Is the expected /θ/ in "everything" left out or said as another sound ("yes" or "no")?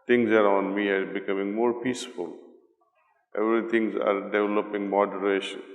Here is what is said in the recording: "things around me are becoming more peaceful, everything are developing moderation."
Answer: yes